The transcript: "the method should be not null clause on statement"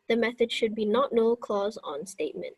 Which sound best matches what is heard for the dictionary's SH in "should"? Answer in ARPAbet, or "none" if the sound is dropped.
SH